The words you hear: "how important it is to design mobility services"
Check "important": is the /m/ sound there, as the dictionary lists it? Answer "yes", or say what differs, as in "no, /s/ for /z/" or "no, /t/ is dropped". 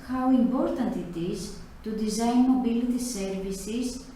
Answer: yes